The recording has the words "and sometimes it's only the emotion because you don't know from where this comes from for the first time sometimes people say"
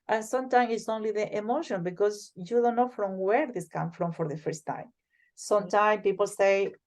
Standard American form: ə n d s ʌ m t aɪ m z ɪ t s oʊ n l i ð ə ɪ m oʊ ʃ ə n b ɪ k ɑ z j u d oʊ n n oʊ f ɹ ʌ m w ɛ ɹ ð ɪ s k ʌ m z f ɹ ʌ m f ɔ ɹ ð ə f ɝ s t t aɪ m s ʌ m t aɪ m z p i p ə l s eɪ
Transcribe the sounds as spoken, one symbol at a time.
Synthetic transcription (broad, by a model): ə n s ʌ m t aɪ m ɪ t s oʊ n l i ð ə ɪ m oʊ ʃ ə n b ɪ k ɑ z j u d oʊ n n oʊ f ɹ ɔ m w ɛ ɹ ð ɪ s k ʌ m f ɹ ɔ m f ɔ ɹ ð ə f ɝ s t t aɪ m s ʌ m t aɪ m p i p ə l s eɪ